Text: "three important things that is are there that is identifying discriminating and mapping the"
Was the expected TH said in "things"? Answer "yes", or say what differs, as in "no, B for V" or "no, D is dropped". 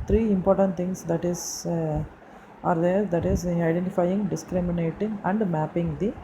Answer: no, T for TH